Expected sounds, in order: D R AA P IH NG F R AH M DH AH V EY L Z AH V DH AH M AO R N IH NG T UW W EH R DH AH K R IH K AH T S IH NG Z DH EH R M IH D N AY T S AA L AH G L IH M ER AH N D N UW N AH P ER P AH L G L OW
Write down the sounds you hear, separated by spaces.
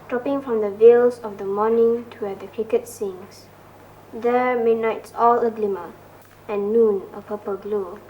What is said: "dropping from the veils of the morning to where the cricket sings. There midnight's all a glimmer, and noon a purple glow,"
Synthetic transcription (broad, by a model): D R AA P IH NG F R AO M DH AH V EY L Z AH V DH AH M AO N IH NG T UW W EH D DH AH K IH K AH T S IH NG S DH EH M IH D N AY T S AA L AH G L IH M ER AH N N UW N AH P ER P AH L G L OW